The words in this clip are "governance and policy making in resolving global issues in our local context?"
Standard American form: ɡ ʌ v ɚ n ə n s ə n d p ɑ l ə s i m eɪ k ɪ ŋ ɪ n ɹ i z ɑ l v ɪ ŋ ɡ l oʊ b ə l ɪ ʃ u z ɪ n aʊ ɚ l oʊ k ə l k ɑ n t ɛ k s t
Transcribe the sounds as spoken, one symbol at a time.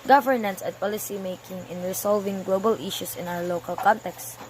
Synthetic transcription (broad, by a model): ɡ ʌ v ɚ n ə n s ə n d p ɑ l ə s i m eɪ k ɪ ŋ ɪ n ɹ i s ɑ l v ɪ ŋ ɡ l oʊ b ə l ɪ ʃ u s ɪ n aʊ ɚ l oʊ k ə l k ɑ n t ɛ k s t